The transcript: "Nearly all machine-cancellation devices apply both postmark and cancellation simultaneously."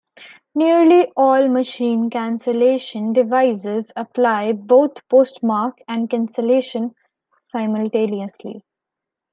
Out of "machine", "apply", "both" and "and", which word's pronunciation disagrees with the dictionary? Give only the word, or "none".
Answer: both